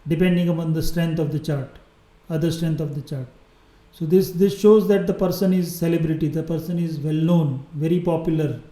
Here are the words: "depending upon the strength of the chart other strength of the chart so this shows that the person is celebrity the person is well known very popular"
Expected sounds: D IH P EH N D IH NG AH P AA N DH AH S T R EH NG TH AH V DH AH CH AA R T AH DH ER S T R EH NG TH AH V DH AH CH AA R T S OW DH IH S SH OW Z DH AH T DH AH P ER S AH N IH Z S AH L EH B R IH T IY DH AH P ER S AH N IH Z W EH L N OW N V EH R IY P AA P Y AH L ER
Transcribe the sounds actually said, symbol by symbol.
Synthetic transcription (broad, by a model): D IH P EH N D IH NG AH P AA N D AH S T R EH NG T AH V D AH CH AA R T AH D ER S T R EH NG T AH V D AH CH AA R T S OW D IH S SH OW Z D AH T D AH P ER S AH N IH Z S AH L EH B R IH T IY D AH P ER S AH N IH Z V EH L N OW N V EH R IY P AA P Y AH L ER